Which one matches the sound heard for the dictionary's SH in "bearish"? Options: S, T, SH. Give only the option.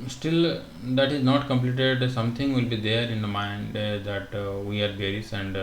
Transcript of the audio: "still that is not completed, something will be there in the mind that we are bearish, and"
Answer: S